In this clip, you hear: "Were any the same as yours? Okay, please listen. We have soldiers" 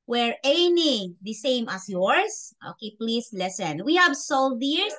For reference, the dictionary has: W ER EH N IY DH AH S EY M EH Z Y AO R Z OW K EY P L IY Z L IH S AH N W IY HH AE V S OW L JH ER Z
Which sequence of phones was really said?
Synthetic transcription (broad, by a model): W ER EH N IY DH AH S EY M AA S Y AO R S OW K EY P L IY S L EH S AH N W IY HH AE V S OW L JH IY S